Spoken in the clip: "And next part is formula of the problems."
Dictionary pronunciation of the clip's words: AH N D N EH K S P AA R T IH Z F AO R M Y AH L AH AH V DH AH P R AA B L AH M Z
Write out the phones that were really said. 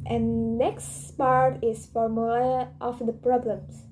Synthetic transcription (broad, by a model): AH N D N EH K S P AA R T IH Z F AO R M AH AH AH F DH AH P R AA B L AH M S